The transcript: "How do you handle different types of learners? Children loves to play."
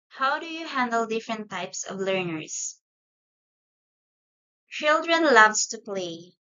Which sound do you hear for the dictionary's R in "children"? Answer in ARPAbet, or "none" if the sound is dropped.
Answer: R